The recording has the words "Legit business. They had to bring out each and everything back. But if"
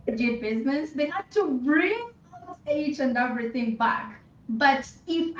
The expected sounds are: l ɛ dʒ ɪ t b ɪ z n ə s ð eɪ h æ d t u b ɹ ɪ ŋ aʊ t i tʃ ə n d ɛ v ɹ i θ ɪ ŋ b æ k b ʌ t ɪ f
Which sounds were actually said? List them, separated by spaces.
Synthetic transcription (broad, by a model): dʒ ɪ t b ɪ z n ə s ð eɪ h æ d t u b ɹ ɪ ŋ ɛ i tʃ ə n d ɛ v ɹ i t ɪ ŋ b æ k b ʌ t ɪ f